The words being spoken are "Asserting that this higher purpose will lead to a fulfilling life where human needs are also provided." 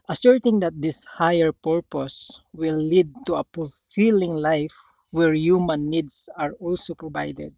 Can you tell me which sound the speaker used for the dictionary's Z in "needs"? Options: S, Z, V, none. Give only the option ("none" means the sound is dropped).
S